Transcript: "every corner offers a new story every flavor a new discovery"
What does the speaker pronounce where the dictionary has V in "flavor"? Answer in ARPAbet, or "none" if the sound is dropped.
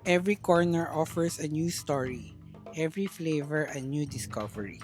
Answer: V